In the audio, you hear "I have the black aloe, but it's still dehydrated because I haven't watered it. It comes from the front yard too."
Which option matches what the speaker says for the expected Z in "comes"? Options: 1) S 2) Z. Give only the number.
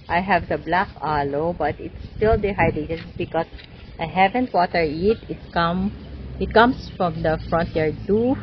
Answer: 1